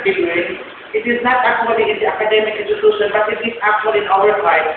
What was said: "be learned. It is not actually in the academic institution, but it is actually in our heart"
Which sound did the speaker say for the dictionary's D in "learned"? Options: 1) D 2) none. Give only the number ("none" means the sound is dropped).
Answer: 2